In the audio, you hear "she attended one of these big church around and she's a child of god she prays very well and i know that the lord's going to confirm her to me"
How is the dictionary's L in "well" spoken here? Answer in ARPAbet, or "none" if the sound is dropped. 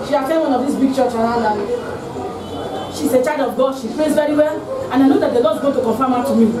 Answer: L